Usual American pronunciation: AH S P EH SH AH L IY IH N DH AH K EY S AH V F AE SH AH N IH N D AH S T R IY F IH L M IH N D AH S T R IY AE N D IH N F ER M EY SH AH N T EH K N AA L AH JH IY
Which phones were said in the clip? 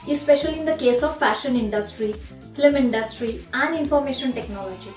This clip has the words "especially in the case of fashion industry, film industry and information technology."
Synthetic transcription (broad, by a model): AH S P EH SH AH L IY IH N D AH K EY S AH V F AE SH AH N IH N D AH S T R IY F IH M IH N D AH S T R IY AE N D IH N F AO M EY SH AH N T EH K N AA L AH JH IY